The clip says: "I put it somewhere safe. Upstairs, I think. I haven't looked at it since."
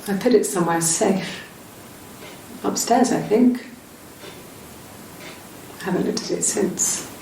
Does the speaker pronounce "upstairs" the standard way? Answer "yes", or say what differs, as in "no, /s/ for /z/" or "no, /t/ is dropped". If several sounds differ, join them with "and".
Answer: yes